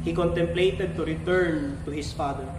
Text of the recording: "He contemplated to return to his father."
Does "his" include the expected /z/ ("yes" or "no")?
no